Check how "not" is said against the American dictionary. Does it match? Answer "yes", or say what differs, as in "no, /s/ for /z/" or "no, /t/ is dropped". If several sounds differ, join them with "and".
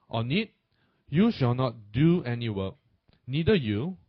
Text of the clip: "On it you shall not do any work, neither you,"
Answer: yes